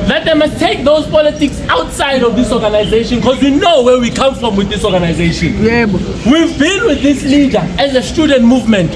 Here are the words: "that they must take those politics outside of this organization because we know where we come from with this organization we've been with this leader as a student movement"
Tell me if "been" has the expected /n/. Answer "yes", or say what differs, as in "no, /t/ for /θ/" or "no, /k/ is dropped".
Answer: no, /l/ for /n/